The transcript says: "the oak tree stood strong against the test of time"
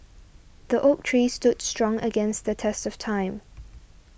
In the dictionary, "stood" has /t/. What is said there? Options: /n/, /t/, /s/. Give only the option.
/t/